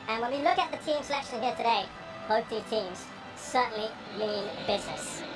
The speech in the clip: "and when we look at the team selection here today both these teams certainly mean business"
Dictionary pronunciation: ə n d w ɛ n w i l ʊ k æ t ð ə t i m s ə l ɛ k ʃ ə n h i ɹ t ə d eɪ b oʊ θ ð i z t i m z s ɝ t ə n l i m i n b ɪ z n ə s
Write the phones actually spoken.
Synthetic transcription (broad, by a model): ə n w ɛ n w i l ʊ k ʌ t ð ə t i m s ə l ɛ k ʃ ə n h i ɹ t ə d eɪ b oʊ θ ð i t i m z s ɝ t n l i m i n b ɪ z n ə s